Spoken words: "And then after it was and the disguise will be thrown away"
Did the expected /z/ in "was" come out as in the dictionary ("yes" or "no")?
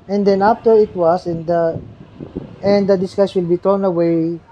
no